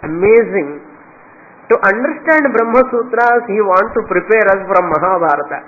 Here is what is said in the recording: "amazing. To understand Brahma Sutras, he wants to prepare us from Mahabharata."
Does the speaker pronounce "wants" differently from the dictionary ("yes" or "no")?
yes